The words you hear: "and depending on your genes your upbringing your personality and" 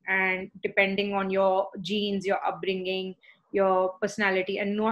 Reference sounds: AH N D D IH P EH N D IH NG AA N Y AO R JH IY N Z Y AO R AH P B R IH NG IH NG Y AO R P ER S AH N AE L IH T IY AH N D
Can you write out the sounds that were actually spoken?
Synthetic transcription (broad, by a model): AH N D D IH P EH N D IH NG AA N Y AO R JH IY N Z Y AO R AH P B R IH NG IH NG Y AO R P ER S AH N AE L IH T IY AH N D